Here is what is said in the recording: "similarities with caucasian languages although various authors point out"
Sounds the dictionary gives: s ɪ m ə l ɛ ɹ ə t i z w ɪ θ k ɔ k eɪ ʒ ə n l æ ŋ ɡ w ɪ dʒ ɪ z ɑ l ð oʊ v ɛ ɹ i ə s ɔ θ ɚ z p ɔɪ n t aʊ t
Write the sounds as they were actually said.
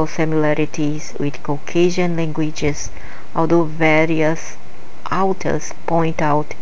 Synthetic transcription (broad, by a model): s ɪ m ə l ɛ ɹ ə t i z w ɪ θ k ɔ k eɪ ʒ ə n l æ ŋ ɡ w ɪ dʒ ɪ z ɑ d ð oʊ v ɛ ɹ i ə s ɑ t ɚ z p ɔɪ n t aʊ t